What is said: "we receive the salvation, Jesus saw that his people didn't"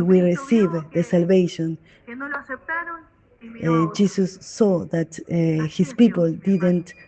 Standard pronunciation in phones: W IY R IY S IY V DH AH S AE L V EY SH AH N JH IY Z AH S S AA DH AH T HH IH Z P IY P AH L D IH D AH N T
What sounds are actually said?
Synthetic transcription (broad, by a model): W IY R IY S IY V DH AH S AE L V EY SH AH N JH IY S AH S S AA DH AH T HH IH S P IY P AH L D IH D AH N T